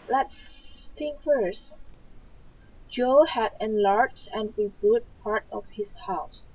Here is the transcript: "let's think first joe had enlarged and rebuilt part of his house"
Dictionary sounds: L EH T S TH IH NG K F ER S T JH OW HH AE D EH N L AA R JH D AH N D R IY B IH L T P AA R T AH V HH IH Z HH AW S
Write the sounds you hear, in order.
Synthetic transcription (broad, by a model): L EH T S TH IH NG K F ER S JH OW HH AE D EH N L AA R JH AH N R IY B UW T P AA R T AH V HH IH S HH AW S